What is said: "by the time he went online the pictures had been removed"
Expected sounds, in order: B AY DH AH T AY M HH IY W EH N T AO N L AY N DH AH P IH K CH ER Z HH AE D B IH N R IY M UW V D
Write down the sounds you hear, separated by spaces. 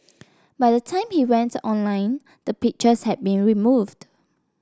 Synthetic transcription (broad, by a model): B AY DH AH T AY M HH IY W EH N T AO N L AY N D AH P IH K CH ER S HH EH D B IH N R IY M UW V D